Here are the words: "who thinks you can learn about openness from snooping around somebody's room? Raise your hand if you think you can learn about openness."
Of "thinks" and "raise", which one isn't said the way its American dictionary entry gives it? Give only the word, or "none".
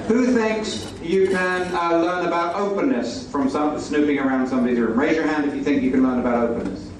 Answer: none